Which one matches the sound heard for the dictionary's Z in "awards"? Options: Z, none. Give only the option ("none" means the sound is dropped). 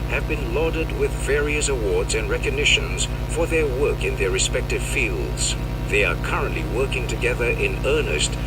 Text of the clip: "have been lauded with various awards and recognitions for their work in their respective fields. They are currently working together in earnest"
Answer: Z